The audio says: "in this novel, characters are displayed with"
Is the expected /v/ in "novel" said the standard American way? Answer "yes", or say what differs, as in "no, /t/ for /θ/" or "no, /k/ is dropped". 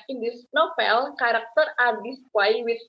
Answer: no, /f/ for /v/